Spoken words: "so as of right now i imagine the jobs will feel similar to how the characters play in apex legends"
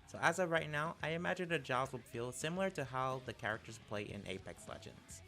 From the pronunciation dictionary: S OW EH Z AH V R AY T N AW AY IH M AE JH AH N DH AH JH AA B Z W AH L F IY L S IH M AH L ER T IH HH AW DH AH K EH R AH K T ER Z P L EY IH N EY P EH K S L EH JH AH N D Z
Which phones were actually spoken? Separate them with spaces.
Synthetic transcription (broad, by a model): S OW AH Z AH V R AY T N AW AY IH M AE JH AH N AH JH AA Z W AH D F IY L S IH M L ER T IH HH AW DH AH K EH R AH K T ER Z P L EY IH N EY P EH K S L EH JH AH N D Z